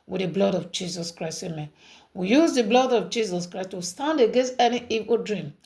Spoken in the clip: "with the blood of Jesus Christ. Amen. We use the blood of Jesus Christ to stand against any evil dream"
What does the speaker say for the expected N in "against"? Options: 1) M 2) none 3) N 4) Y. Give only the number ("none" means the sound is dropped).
3